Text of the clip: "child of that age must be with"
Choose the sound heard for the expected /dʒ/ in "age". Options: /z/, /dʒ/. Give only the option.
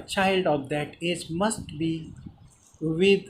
/z/